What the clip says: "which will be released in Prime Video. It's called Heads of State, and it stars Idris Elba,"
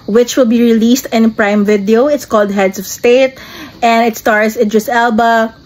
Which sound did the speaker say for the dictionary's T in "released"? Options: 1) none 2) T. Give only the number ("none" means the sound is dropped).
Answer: 2